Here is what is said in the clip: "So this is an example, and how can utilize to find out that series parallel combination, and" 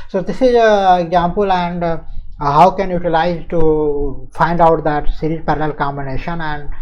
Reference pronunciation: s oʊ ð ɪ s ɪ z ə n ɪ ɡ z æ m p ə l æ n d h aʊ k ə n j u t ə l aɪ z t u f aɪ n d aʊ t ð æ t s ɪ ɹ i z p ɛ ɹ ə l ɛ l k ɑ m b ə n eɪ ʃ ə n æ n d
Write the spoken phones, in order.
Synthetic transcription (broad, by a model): s oʊ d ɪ s ɪ z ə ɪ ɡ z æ m p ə l æ n d h aʊ k ə n j u t ə l aɪ z t u f aɪ n d aʊ t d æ t s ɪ ɹ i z p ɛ ɹ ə l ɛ l k ɑ m b ə n eɪ ʃ ə n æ n d